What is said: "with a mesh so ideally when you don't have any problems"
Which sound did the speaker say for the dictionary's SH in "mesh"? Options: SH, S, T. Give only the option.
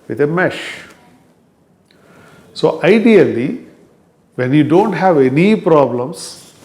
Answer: SH